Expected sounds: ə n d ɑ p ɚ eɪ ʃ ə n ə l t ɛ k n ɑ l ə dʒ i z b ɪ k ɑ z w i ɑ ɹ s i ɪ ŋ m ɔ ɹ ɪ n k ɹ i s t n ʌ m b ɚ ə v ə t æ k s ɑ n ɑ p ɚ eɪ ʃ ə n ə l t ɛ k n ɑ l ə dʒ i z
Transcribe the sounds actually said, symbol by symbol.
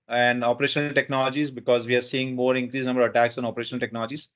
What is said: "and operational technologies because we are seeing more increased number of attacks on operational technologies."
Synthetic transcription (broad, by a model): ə n d ɑ p ɚ eɪ ʃ ə n ə l t ɛ k n ɑ l ə dʒ i z b ɪ k ɑ z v i ɑ ɹ s i ɪ ŋ m ɔ ɹ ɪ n k ɹ i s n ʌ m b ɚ ə v ə t æ k s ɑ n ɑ p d eɪ ʃ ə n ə l t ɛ k n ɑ l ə dʒ i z